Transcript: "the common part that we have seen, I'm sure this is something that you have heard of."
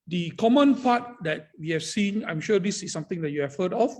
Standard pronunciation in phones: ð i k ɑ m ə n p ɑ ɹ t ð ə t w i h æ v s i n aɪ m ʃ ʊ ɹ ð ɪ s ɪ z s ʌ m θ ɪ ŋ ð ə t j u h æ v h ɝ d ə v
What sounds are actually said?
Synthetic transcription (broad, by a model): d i k ɑ m ə n p ɑ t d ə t w i h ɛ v s i n aɪ m ʃ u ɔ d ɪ s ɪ s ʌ m t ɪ ŋ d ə t j u h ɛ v h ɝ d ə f